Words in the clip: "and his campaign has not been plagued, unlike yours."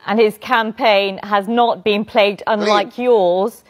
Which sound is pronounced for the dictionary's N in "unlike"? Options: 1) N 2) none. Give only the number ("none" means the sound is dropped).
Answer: 1